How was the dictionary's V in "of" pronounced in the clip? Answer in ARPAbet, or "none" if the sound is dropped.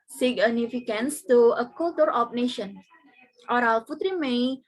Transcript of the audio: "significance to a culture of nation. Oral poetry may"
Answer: P